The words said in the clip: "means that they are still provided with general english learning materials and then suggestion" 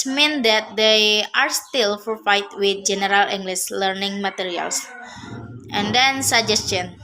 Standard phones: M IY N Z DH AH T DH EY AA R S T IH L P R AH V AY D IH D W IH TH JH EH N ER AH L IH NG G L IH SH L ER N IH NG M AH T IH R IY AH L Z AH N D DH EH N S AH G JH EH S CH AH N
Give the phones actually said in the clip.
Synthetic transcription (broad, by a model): M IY N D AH T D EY AA R S T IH L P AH F AY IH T W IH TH JH EH N ER AH L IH NG G L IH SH L ER N IH NG M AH T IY R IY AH L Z AH N D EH N S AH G JH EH S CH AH N